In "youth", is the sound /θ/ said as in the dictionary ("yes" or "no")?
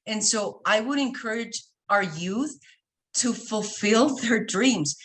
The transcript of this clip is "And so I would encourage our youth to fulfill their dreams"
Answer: yes